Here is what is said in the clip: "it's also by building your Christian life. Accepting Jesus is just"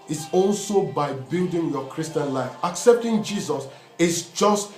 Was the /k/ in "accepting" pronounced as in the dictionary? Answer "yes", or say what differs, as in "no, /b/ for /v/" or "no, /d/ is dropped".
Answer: yes